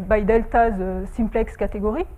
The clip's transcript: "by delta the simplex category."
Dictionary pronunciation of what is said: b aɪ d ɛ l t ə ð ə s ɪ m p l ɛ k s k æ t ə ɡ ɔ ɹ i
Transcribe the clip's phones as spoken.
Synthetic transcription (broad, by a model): b aɪ d ɛ l t ə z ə s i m p l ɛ k s k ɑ t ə ɡ ɔ ɹ i